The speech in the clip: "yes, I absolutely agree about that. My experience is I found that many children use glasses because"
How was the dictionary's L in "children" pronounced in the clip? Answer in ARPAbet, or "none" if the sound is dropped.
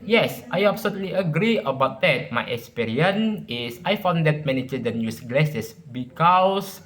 none